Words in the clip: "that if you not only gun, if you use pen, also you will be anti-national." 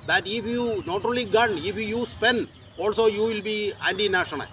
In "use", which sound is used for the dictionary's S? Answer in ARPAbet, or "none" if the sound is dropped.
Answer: S